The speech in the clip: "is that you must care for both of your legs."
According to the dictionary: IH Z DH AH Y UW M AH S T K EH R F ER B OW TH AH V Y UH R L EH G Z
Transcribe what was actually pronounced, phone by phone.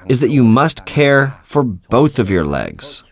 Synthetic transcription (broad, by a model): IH Z DH AH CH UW M AH S T K EH R F ER B OW TH AH V Y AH R L EH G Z